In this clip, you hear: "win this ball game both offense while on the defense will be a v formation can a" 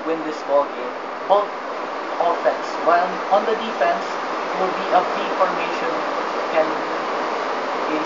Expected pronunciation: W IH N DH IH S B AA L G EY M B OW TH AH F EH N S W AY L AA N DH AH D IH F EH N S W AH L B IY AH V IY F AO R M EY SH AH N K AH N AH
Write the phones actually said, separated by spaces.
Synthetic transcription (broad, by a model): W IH N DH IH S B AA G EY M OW AH F EH N S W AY N AA N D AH D IH F EH N S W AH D B IY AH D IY F AO R M EY SH AH N K AH N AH